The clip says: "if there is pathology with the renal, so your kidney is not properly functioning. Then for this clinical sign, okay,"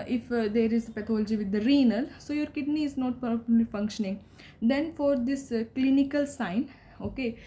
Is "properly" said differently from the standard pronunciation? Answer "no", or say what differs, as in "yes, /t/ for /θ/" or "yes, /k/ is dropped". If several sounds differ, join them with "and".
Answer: yes, /ɹ/ is dropped